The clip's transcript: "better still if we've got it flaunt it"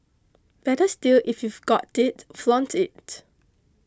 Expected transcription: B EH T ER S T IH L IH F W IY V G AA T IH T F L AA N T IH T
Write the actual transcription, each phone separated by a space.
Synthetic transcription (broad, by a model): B EH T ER S T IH L IH F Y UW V G AA T IH T F L AA N T IH T